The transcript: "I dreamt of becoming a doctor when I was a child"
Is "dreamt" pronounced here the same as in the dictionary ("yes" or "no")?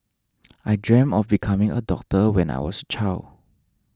no